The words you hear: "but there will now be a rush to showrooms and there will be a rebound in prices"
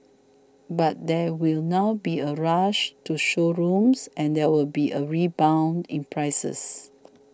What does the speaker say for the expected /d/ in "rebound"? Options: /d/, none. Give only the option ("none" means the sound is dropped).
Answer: /d/